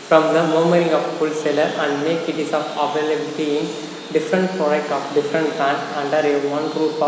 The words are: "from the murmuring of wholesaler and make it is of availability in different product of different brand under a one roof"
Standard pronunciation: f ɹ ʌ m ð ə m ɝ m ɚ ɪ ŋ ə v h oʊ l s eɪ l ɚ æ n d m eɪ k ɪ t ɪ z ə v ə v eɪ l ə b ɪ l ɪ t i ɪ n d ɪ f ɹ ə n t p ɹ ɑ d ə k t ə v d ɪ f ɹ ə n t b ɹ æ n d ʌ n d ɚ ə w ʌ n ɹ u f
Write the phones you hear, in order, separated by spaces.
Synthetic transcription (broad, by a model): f ɹ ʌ m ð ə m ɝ m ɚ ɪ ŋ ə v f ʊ l s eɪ l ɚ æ n d m eɪ k ɪ t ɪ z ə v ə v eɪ l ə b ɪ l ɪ t i ɪ n d ɪ f ɹ ə n t p ɹ ɑ d ə k t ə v d ɪ f ɹ ə n t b æ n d ʌ n d ɚ ə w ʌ n ɹ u